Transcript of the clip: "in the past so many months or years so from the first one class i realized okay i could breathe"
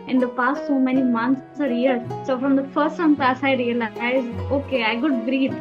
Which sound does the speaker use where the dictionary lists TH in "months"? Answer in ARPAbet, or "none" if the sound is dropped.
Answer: S